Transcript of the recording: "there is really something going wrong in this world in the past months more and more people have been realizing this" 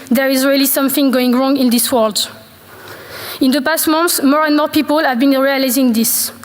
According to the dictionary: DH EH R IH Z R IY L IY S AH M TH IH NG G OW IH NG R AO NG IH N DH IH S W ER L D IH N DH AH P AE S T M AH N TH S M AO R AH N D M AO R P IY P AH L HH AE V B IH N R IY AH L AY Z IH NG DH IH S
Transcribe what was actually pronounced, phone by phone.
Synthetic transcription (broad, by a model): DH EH R IH Z R IY L IY S AH M TH IH NG G OW IH NG R AO NG IH N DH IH S W ER L D IH N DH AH P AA S T M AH N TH S M AO R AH N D M AO R P IY P AH L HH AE V B IH N R IY AH L AY Z IH NG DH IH S